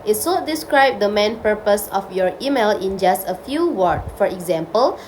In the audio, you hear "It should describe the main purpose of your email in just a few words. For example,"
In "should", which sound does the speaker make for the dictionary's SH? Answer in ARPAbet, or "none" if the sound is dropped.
S